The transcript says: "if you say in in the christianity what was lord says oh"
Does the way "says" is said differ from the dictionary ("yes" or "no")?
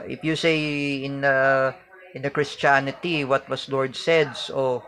yes